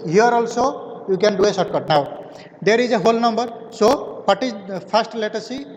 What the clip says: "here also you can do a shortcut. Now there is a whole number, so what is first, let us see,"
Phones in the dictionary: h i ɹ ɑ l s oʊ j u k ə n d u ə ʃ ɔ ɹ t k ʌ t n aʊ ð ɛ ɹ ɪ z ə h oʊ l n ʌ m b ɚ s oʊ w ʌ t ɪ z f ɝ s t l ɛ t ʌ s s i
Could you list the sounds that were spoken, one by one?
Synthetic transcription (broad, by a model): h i ɹ ɑ l s oʊ j u k ə n d u ə s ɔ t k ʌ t n aʊ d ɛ ɹ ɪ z ə h oʊ l n ʌ m b ɚ s oʊ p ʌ t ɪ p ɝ s t l ɛ t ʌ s s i